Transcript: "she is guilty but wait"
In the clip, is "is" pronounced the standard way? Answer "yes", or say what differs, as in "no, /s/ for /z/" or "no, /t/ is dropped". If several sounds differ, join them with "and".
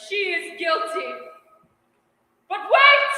yes